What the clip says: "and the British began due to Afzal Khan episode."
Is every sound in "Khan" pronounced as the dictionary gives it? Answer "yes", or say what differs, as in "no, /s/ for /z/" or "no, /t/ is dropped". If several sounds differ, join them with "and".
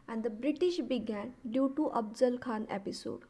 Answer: yes